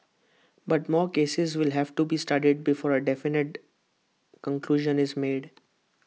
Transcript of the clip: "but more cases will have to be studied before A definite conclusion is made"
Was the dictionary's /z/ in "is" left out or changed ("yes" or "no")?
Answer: no